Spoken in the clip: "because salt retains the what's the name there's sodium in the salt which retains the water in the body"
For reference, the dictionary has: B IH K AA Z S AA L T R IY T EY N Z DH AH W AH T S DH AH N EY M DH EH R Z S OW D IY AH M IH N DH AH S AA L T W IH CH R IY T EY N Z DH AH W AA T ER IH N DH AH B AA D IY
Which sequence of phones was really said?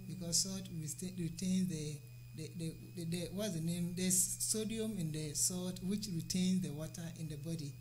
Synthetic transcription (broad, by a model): B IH K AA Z S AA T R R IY T EY N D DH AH W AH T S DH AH N EY M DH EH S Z S OW D IY AH M IH N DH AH S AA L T W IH CH R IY T EY N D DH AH W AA T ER IH N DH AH B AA D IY